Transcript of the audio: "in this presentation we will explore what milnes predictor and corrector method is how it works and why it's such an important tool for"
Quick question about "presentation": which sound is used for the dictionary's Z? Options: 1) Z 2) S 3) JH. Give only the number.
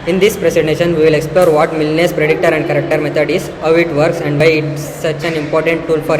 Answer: 2